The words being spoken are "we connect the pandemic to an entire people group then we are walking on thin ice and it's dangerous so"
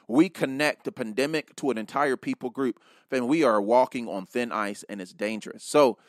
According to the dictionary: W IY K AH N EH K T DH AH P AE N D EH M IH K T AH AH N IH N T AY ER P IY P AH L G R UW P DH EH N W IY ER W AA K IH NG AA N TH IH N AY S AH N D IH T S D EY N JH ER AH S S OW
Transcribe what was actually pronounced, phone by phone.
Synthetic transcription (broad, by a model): W IY K AH N EH K T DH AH P AE N D EH M IH K T AH AH N IH N T AY ER P IY P L G R UW P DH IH N W IY ER W AA K IH NG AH N TH IH N AY S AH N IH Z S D EY N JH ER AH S S OW